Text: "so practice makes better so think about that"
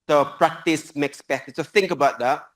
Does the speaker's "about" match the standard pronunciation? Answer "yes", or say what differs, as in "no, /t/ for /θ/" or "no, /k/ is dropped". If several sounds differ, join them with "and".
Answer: yes